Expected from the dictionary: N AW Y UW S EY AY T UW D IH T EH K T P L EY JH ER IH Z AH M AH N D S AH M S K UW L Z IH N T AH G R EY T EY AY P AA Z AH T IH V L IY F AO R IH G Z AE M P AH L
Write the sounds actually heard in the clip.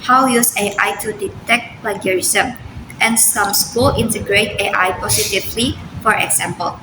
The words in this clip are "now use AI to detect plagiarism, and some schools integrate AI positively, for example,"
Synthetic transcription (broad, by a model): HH AW Y UW S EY AY T UW D IH T EH K T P L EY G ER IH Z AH M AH N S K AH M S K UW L IH N T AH G R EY T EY AY P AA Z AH T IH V L IY F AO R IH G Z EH M P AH L